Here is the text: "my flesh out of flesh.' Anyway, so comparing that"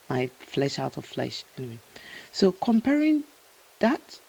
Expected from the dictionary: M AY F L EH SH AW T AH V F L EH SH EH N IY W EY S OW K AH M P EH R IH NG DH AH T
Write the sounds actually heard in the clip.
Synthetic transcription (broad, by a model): M AY F L EH SH AW T AH V F L EH SH EH N IY W EY S OW K AH M P EH R IH NG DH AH T